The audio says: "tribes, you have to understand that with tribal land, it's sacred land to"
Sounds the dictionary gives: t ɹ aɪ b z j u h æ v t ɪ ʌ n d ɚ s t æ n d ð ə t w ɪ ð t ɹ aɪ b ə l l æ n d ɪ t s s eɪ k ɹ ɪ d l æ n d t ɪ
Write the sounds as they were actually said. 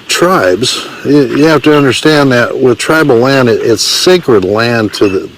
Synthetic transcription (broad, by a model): t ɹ aɪ b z j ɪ h æ f t ɪ ʌ n d ɚ s t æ n ð ə t w ɪ ð t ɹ aɪ b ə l l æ n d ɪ t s s eɪ k ɹ ɪ d l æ n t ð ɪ